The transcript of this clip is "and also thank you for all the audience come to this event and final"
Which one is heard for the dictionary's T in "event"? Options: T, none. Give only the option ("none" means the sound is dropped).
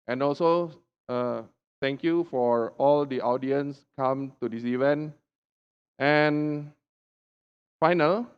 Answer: T